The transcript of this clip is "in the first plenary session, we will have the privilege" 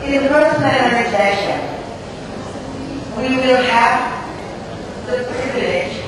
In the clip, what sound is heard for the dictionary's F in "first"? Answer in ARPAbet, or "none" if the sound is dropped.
P